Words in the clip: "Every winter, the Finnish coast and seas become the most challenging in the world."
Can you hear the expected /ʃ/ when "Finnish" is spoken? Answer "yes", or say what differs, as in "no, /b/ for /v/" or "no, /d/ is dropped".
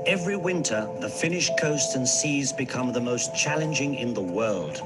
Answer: yes